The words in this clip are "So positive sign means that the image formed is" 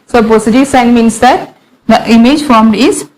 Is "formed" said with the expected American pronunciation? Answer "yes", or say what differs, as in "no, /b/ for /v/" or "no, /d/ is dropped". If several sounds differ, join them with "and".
yes